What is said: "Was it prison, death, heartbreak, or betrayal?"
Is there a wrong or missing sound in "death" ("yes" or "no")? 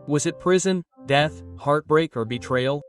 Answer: no